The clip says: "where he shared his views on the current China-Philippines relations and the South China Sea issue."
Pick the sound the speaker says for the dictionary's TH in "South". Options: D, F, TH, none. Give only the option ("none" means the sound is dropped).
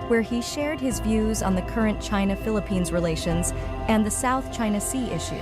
TH